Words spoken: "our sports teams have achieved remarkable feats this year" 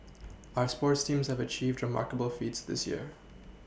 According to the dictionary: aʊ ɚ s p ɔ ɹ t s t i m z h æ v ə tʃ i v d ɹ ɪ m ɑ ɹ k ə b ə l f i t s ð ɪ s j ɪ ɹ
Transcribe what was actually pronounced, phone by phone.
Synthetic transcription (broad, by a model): aʊ ɚ s p ɔ ɹ t s t i m z h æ v ə tʃ i v d ɹ ɪ m ɑ ɹ k ə b ə l f i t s ð ɪ s j ɪ ɹ